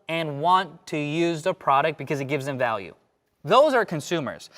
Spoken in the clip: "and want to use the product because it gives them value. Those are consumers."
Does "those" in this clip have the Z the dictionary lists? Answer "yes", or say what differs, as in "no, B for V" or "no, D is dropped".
yes